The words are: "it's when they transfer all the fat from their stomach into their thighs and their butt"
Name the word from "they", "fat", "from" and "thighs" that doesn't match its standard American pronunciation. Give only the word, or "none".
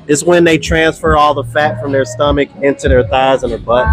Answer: none